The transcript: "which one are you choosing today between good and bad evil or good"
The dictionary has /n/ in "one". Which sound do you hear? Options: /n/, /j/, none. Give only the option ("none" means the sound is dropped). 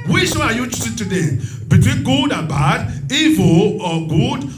none